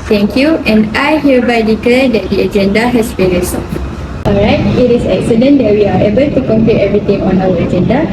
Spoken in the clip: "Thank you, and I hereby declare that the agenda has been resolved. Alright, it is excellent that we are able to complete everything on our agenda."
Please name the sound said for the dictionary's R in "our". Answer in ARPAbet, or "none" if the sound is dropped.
W